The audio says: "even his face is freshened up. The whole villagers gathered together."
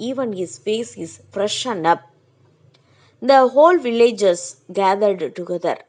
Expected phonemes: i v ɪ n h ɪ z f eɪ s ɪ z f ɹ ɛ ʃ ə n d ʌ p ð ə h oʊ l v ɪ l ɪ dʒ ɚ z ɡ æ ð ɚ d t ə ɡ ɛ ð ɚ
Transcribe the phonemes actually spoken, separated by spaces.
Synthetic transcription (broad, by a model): i v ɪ n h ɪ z f eɪ s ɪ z f ɹ ɛ ʃ ə n d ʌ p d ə h oʊ l v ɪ l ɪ dʒ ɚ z ɡ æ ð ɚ d t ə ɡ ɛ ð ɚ